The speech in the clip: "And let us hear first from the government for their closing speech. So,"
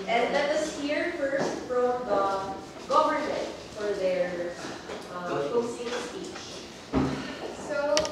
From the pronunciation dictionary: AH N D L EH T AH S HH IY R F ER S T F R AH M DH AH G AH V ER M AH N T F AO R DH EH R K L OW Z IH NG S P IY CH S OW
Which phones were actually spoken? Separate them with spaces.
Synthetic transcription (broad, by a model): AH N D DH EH T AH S HH IY R F ER S T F R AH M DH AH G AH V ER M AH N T F AO R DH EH R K OW S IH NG S P IY CH S OW